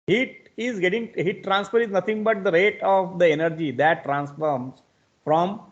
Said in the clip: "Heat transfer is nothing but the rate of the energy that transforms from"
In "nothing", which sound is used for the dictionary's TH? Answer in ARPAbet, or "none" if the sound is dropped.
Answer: T